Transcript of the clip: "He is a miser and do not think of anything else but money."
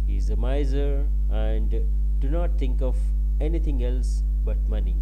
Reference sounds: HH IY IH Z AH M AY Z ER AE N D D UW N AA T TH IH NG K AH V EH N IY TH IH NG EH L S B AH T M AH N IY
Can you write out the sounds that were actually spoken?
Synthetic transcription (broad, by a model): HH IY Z AH M AY Z ER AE N D D UW N AA T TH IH NG K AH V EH N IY T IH NG EH L S B AH T M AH N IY